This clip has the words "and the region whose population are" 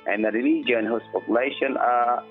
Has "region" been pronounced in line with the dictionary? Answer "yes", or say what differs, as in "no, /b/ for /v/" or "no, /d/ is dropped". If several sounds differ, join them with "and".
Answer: no, /l/ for /ɹ/